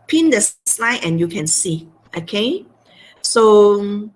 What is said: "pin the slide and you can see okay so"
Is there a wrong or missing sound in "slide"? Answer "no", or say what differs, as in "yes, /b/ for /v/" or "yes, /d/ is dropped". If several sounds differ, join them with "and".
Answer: no